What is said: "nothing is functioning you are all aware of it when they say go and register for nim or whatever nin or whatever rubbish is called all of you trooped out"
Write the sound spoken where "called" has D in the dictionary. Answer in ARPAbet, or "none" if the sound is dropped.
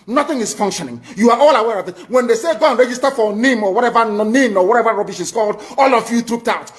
D